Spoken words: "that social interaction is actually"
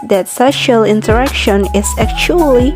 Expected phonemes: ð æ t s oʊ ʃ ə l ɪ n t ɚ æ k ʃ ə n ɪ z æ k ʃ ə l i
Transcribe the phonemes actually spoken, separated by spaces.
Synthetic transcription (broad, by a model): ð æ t s oʊ ʃ ə l ɪ n t ɚ æ k ʃ ə n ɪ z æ k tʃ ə l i